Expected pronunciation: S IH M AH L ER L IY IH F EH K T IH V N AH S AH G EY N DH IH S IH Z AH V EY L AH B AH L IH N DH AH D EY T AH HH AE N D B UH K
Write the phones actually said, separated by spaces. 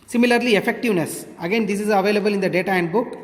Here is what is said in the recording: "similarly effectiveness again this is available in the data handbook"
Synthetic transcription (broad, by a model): S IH M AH L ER L IY IH F EH K T IH V N AH S AH G EY N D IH S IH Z AH V EY L AH B AH L IH N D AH D EY T AH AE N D B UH K